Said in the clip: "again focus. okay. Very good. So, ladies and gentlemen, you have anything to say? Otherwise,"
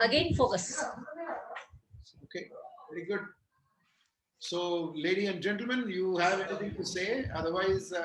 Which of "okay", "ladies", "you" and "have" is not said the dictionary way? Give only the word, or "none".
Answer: ladies